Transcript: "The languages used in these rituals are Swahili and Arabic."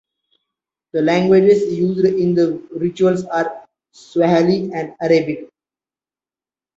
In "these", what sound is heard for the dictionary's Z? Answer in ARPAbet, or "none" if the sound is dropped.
none